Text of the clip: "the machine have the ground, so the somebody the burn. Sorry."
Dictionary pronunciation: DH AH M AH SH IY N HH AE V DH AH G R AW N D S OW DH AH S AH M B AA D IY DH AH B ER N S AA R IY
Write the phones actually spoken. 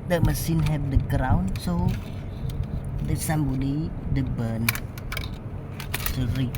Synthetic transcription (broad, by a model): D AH M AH S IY N HH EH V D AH G R AW N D S OW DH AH S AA M B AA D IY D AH B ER N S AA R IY